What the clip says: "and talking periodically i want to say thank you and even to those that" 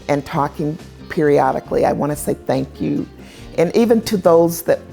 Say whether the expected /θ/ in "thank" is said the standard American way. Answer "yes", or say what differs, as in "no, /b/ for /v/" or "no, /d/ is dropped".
yes